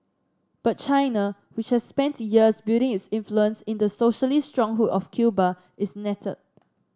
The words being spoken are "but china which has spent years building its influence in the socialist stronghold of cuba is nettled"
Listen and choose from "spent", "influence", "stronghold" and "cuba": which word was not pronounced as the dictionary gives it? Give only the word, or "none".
stronghold